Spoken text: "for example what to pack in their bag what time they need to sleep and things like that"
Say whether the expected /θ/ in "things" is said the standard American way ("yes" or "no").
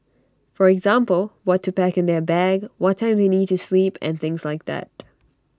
yes